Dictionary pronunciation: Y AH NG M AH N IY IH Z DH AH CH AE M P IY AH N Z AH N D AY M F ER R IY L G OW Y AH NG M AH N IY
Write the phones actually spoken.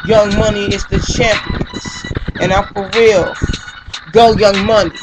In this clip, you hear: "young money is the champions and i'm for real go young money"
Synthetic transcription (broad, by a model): Y AH NG M AH N IY IH Z DH AH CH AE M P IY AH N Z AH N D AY F ER W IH L G OW Y AH NG M AH N IY